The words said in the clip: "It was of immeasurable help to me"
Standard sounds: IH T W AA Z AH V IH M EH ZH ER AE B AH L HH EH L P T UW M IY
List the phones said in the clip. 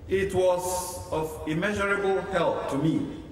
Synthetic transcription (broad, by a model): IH T W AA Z AH V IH M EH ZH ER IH B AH L HH EH L P T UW M IY